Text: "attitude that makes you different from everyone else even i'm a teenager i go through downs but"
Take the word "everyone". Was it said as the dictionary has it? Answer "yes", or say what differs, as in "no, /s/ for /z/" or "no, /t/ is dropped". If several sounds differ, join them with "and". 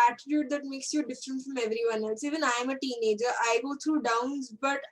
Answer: yes